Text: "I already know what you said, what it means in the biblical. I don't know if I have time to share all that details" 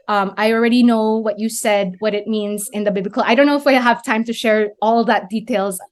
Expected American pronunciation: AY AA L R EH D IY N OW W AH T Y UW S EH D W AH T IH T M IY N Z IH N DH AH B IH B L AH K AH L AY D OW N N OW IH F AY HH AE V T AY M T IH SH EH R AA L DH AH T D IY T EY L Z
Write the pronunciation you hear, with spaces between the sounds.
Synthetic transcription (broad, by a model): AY AA L R EH D IY N OW W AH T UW S EH D W AH T IH T M IY N Z IH N DH AH B IH B L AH K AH L AY D OW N N OW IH F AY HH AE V T AY M T IH SH EH R AA L DH AH T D IY T EY L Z